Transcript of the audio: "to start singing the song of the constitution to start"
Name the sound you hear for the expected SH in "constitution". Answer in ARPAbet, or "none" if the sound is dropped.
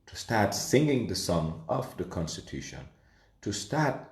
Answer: SH